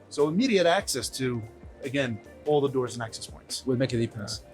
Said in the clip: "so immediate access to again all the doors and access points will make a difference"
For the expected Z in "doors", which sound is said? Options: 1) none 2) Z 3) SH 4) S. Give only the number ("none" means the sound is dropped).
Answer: 2